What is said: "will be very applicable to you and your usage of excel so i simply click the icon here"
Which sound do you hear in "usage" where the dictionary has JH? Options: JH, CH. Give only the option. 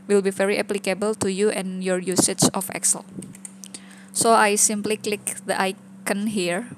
CH